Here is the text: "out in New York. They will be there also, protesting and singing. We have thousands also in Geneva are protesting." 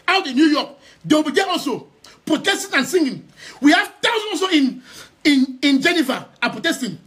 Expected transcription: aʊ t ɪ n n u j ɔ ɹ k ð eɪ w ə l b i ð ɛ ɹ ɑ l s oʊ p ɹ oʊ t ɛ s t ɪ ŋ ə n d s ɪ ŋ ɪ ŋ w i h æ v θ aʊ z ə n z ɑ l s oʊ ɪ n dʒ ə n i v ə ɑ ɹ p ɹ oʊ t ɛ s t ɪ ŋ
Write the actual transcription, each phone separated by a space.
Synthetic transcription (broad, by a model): aʊ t ɪ n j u j ɔ k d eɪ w b i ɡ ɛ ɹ ɑ l s oʊ p ɹ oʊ t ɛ s t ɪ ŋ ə n s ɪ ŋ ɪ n w i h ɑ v t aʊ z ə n ɑ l s oʊ ɪ n dʒ ə n i v ə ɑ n p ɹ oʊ t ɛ s t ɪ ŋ